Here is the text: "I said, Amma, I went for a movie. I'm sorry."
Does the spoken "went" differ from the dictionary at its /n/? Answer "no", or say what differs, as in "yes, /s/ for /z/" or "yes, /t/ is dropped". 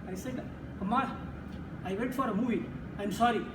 yes, /n/ is dropped